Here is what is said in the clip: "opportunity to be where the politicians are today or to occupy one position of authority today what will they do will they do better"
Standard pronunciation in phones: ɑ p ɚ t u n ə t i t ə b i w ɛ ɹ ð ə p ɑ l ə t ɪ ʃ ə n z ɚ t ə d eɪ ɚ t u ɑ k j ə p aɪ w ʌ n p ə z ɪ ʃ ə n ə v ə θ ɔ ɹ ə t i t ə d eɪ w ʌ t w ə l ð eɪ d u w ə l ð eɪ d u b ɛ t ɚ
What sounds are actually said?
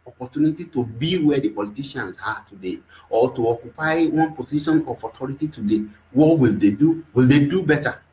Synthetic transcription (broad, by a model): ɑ p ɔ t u n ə t i t ə b i w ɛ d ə p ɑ l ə t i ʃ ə n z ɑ t ə d eɪ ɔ t u ɑ k j ə p aɪ w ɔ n p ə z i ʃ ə n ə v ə t ɔ ɹ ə t i t ə d eɪ w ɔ t w ə l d eɪ d u w ə l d eɪ d u b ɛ t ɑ